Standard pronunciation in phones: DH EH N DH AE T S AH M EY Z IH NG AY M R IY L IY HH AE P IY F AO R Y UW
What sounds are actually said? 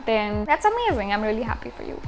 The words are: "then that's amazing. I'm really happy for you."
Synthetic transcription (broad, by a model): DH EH N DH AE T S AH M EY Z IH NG AY M R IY L IY HH AE P IY F AO R Y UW